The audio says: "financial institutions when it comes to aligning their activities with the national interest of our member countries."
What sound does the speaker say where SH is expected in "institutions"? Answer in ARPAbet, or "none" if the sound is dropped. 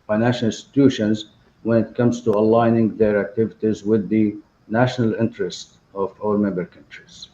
SH